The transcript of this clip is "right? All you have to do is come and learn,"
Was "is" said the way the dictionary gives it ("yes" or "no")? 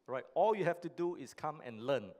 no